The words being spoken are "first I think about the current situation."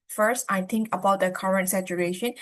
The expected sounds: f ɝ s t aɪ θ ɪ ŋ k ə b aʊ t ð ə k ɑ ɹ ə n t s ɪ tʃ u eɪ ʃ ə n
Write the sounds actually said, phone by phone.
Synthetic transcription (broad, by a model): f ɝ s t aɪ t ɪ ŋ k ə b aʊ t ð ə k ɑ ɹ ə n t s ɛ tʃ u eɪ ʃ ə n